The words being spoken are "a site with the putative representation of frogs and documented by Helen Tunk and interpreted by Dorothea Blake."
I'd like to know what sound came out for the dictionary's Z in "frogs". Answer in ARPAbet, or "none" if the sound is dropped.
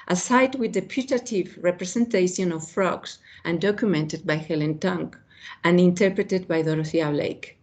S